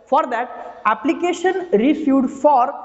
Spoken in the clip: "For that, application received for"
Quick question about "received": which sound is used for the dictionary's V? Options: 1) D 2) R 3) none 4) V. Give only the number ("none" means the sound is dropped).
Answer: 3